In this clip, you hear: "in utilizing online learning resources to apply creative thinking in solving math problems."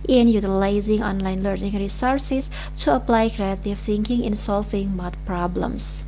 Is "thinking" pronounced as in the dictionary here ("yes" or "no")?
yes